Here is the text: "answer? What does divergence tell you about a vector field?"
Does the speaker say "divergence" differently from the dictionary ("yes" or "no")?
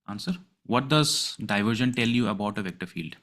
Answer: yes